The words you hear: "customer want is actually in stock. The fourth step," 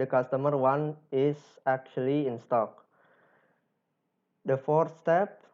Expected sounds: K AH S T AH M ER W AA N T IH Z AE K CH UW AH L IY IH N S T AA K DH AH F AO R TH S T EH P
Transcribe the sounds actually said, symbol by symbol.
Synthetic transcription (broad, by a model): K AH S T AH M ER W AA N IH S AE K CH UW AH L IY IH N S T AA K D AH F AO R T S T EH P